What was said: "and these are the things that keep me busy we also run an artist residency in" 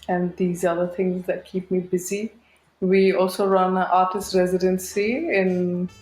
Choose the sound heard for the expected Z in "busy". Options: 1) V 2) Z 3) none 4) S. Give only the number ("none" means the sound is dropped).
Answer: 2